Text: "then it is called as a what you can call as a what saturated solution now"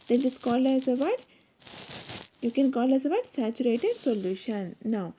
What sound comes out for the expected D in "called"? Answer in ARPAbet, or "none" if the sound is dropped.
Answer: none